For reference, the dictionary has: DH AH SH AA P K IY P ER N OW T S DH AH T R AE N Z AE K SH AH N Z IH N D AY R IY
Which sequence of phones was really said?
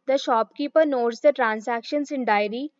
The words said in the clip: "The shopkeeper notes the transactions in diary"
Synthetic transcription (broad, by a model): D AH SH AA P K IY P ER N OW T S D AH T R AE N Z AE K SH AH N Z IH N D AY R IY